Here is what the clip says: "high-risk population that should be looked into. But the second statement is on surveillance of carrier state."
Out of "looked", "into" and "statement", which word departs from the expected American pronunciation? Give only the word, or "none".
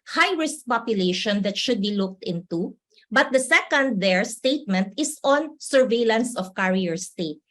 none